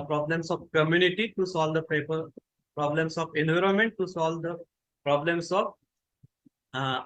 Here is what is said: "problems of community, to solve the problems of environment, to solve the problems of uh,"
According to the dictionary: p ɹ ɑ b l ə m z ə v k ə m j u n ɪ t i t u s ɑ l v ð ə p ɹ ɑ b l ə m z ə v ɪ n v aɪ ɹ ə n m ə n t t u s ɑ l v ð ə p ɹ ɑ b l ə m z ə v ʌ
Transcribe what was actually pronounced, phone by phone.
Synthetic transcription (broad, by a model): p ɹ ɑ b l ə m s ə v k ə m j u n ɪ t i t u s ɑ l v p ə p ɹ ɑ b l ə m s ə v ɪ n v aɪ ɹ ə n m ə n t t u s ɑ l v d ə p ɹ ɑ b l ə m s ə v